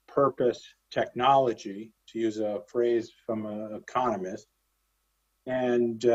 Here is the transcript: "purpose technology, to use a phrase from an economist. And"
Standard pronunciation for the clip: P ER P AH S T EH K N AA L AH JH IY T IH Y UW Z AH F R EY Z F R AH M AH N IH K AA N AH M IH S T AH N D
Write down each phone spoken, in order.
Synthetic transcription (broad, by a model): P ER P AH S T EH K N AA L AH JH IY T IH Y UW Z AH F R EY Z F R AH M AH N IH K AA N AH M IH S T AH N